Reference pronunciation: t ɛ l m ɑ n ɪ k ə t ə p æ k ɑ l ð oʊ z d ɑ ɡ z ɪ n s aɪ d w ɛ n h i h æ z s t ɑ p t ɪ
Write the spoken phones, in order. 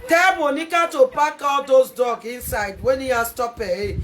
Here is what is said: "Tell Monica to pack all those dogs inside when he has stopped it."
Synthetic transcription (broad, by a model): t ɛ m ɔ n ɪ k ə t ə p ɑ k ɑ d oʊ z d ɑ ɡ ɪ n s aɪ d w ɛ n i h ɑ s t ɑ p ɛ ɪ